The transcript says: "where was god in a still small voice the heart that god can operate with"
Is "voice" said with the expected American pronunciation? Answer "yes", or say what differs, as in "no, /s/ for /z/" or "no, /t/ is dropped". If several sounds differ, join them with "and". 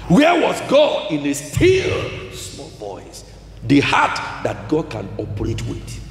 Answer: no, /b/ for /v/